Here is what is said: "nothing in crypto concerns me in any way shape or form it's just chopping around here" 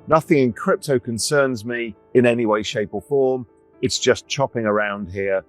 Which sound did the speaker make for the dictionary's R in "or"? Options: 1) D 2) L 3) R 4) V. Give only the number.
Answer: 2